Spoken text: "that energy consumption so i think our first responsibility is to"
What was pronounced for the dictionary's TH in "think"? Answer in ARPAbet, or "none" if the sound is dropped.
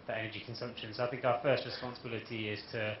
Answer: TH